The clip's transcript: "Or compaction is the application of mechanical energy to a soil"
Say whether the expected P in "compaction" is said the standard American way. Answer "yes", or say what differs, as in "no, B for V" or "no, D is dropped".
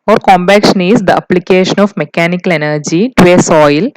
no, B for P